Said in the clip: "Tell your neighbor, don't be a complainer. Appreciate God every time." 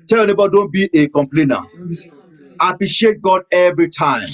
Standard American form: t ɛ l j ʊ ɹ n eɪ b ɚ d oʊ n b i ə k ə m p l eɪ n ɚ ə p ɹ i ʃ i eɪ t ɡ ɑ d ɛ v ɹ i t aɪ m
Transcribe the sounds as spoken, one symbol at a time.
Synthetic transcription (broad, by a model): t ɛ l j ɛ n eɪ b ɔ d oʊ n b i ə k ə m p l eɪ n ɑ ə p ɹ i ʃ i eɪ t ɡ ɑ d ɛ v ɹ i t aɪ m